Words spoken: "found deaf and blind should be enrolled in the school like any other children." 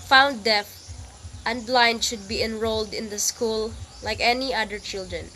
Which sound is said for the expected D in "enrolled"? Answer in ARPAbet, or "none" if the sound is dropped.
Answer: D